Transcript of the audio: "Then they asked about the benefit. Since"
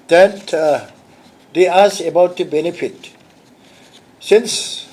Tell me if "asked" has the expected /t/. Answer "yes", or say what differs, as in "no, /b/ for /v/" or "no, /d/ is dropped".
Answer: no, /t/ is dropped